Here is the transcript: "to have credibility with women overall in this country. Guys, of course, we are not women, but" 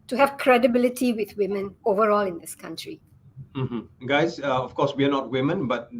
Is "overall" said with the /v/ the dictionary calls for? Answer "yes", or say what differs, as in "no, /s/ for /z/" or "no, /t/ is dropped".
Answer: yes